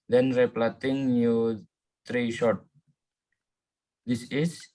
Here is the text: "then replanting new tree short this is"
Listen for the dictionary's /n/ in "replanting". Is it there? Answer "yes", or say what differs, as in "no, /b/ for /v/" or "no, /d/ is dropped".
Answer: no, /n/ is dropped